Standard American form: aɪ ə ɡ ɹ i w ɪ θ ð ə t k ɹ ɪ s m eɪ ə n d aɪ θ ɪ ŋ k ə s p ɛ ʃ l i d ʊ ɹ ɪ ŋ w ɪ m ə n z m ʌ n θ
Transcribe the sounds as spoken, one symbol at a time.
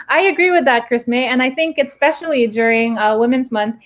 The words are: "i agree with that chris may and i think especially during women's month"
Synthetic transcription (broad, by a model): aɪ ə ɡ ɹ i w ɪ ð ə t k ɹ ɪ s m eɪ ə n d aɪ θ ɪ ŋ k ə s p ɛ ʃ l i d ʊ ɹ ɪ ŋ w ɪ m ə n z m ʌ n θ